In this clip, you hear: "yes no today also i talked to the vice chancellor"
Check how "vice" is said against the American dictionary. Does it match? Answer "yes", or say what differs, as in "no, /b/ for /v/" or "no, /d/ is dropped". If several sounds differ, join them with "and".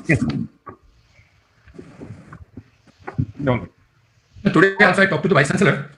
no, /b/ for /v/